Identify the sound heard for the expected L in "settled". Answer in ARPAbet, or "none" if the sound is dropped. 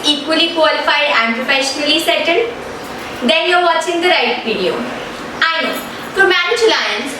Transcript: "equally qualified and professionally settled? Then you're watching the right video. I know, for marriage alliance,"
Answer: N